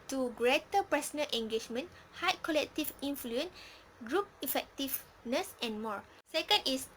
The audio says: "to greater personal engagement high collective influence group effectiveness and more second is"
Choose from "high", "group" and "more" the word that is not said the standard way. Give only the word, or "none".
none